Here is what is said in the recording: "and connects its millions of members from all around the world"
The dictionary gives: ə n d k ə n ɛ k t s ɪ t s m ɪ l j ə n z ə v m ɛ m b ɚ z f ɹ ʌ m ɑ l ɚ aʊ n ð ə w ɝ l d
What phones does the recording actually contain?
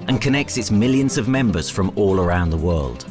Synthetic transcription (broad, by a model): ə n k ə n ɛ k t s ɪ t s m ɪ l j ə n z ə v m ɛ m b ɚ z f ɹ ʌ m ɑ l ɚ aʊ n ð ə w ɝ l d